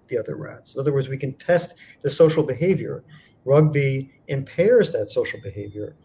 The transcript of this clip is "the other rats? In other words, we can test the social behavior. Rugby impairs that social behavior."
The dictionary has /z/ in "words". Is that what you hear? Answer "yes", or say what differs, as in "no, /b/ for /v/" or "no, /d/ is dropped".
yes